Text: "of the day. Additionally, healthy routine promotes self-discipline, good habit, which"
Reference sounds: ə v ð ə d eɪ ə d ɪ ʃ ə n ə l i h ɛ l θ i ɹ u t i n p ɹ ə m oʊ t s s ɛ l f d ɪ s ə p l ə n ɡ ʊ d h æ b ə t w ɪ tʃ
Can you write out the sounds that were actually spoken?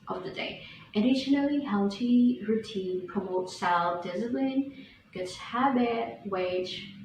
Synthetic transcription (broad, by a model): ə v ð ə d eɪ ə d ɪ ʃ ə n ə l i h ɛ l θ i ɹ u t i n p ɹ ə m oʊ t s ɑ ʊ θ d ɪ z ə b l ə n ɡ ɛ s h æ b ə w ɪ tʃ